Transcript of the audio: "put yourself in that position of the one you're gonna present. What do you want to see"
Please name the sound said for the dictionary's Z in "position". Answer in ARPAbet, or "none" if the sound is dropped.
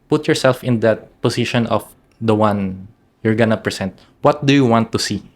S